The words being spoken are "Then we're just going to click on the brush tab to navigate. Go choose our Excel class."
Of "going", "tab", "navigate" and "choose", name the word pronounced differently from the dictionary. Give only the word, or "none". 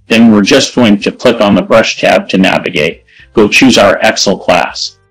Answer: none